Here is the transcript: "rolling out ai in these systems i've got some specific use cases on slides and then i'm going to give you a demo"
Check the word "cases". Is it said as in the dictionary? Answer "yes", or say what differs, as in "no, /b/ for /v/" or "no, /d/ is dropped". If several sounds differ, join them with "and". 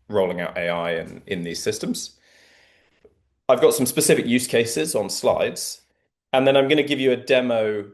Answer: yes